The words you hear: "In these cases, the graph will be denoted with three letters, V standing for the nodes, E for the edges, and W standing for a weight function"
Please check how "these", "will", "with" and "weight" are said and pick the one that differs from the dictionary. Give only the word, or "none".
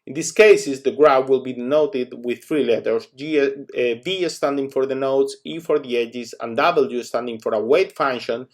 these